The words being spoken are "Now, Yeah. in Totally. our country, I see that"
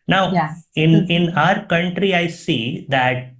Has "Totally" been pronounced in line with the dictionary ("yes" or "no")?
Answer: no